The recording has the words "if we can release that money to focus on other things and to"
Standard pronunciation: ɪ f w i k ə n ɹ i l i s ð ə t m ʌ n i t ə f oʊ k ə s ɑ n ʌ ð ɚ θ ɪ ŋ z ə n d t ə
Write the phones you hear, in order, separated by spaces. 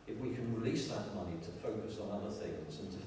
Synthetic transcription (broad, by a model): ɪ f w i k ə n ɹ i l i s ð ə t m ʌ n i t ə f oʊ k ə s n ʌ ð ɚ θ ɪ ŋ z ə n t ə